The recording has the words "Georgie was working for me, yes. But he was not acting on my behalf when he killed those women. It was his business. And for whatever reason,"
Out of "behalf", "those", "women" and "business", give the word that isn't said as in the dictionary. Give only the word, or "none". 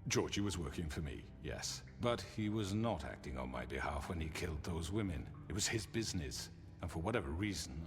none